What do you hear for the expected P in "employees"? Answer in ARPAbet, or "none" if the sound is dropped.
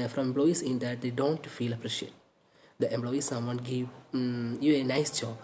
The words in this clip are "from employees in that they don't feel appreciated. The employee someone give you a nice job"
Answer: B